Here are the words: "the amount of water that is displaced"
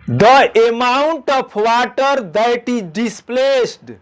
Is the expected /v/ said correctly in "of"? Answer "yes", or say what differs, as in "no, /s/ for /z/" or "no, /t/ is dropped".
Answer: no, /p/ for /v/